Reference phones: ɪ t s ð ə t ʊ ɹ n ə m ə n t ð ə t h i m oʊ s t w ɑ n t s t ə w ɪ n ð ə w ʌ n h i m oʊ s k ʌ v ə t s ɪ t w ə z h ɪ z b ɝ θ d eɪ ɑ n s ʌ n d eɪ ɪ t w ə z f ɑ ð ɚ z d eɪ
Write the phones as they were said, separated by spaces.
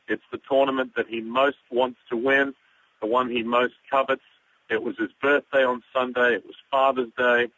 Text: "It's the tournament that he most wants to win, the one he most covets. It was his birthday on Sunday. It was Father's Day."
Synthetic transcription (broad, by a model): ɪ t s ð ə t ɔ ɹ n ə m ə n ð ə t h i m oʊ s t w ɑ n t s t ə w ɪ n ð ə w ʌ n i m oʊ s k ʌ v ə t s ɪ t w ə z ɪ z b ɝ θ d eɪ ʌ n s ʌ n d eɪ ɪ t w ə z f ɑ ð ɚ z d eɪ